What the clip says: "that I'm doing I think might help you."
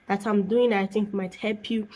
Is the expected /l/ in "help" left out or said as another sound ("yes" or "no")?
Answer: no